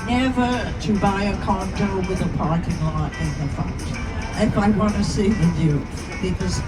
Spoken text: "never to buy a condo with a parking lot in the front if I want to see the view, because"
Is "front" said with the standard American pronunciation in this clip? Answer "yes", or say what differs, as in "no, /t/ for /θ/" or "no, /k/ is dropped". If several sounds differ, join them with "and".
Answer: no, /ɹ/ is dropped